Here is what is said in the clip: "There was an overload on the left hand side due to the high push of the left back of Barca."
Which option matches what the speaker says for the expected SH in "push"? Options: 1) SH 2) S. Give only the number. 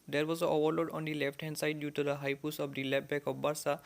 2